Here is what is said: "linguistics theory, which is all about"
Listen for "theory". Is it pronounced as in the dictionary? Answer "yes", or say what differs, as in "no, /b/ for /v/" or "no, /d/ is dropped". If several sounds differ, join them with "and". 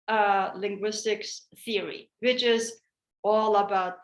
yes